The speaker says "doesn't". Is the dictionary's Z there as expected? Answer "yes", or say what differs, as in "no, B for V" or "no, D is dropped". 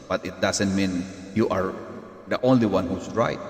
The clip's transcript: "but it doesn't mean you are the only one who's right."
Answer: no, S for Z